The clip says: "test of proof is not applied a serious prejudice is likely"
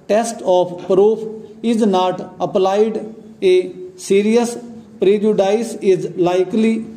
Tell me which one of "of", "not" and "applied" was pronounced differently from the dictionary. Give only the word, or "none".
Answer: of